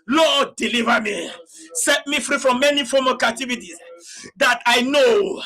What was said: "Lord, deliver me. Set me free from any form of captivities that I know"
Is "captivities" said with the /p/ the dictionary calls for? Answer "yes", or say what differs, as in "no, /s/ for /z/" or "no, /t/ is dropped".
no, /p/ is dropped